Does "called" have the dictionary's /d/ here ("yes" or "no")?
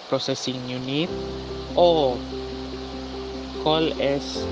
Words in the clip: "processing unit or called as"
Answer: no